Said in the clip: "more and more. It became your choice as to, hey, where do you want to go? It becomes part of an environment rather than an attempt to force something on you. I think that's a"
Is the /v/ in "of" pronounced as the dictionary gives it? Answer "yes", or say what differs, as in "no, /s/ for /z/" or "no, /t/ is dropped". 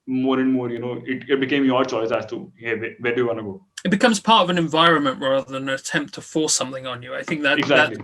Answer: yes